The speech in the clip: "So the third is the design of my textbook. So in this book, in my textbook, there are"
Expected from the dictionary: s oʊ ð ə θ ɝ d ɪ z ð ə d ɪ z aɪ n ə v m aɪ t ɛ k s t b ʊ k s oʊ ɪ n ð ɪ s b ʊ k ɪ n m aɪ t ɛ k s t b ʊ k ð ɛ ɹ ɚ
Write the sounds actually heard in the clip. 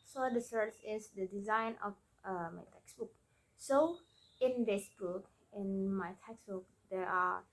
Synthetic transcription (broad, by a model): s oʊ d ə s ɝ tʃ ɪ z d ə d ɪ z aɪ n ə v m aɪ t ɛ k s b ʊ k s oʊ ɪ n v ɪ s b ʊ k ɪ n m aɪ t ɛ k s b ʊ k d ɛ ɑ